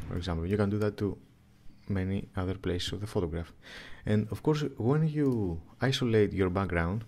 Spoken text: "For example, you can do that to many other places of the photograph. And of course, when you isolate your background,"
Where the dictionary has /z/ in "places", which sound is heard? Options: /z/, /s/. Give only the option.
/s/